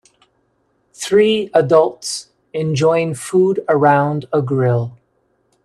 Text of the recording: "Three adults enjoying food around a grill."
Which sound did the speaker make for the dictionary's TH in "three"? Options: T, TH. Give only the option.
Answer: TH